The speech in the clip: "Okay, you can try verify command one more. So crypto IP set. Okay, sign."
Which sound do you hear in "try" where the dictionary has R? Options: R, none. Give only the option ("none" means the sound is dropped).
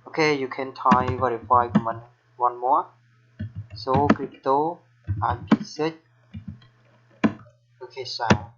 none